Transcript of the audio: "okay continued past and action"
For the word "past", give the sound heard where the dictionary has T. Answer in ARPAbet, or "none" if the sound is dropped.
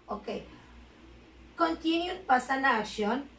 none